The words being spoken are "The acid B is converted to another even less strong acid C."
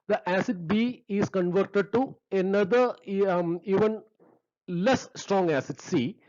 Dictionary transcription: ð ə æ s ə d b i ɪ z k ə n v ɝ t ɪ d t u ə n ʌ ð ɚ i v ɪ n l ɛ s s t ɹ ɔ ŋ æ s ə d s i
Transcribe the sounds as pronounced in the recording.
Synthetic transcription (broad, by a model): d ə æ s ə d b i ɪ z k ə n v ɝ t ɪ d t u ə n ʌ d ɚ i v ɪ n l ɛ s s t ɹ ɔ ŋ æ s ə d s i